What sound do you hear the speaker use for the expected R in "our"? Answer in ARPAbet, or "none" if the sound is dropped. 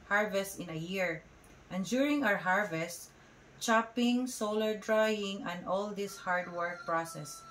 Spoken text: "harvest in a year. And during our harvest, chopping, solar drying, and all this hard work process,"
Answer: W